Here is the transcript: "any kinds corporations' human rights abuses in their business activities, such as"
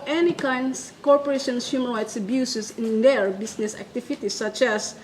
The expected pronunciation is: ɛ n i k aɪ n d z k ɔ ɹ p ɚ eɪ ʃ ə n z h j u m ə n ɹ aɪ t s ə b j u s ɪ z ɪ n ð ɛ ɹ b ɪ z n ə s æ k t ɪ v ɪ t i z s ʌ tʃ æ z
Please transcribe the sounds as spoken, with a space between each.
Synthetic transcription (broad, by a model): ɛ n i k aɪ n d s k ɔ ɹ p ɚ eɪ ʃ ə n s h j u m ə l ɹ aɪ t s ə b j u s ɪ s ɪ n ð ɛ ɹ b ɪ s n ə s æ k t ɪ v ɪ t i s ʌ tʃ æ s